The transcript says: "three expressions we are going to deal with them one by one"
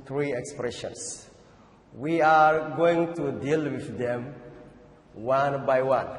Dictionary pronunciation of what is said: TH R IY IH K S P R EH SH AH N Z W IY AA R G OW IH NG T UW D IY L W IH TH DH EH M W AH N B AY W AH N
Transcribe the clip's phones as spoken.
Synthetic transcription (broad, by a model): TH R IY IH K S P R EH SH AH N S W IY AA R G OW IH NG T UW D IY L W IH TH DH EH M W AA N B AY W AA N